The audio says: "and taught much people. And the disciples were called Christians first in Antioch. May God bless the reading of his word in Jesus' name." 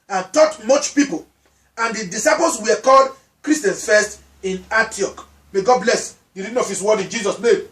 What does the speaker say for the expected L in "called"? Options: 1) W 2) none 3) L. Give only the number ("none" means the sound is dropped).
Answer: 3